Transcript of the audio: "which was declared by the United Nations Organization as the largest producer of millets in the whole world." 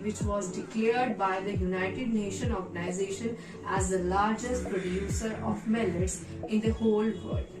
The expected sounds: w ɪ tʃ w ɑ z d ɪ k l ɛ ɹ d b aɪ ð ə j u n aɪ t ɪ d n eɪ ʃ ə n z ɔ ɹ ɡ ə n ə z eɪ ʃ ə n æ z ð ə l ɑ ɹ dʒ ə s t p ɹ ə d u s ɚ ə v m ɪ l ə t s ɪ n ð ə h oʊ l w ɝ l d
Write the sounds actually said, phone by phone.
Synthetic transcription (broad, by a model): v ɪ tʃ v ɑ z d ɪ k l ɛ ɹ d b aɪ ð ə j u n aɪ t ɪ d n eɪ ʃ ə n ɔ ɹ ɡ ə n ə z eɪ ʃ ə n æ z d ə l ɑ ɹ dʒ ə s t p ɹ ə d u s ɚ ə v m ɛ l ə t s ɪ n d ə h oʊ l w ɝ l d